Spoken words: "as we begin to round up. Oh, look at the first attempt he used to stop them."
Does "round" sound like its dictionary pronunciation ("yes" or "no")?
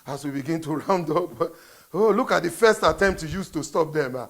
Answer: yes